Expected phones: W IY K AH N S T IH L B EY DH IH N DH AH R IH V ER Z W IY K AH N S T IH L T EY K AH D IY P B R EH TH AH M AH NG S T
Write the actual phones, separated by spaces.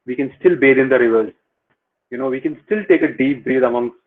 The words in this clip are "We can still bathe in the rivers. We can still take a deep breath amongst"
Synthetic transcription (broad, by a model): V IY K AH N S T IH L B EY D IH N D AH R IH V ER Z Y IY K AH N S T IH L T EY K AH D IY P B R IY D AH M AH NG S